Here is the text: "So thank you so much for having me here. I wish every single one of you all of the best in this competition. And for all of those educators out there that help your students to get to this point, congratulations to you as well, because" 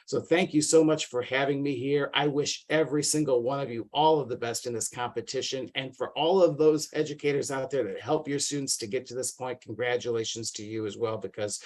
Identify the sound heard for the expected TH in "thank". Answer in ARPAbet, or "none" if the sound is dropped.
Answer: TH